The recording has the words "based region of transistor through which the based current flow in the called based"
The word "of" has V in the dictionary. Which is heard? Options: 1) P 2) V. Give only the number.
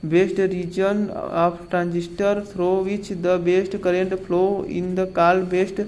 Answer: 1